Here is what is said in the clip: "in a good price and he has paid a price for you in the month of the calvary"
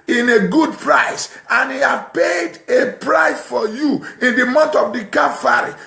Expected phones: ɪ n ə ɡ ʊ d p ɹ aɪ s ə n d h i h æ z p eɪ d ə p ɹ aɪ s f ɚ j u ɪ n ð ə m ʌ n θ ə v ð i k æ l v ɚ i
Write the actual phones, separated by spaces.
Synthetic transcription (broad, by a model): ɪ n ə ɡ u d p ɹ aɪ s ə n h i h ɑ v p eɪ d ə p ɹ aɪ s f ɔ j u ɪ n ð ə m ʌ n t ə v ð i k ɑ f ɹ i